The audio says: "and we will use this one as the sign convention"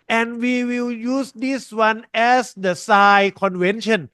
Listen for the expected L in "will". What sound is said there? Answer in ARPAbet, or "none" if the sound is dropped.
L